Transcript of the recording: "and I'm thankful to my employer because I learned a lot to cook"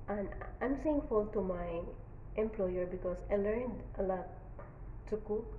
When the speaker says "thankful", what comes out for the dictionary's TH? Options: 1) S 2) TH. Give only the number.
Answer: 1